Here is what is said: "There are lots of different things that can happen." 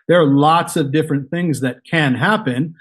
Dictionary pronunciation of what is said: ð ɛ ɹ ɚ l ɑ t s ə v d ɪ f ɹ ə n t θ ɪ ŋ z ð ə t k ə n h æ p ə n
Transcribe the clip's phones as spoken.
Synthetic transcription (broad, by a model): ð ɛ ɹ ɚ l ɑ t s ə v d ɪ f ɹ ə n θ ɪ ŋ z ð ə t k ə n h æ p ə n